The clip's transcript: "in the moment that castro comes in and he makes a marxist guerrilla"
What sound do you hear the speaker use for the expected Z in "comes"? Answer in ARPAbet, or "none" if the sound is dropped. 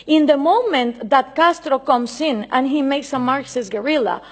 S